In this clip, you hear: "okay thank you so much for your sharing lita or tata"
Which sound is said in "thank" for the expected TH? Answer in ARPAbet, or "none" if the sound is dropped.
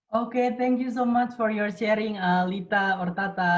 T